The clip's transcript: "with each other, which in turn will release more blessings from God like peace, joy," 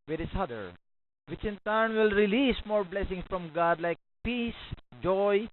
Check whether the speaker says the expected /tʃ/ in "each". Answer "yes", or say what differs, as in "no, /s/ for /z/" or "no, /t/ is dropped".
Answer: no, /s/ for /tʃ/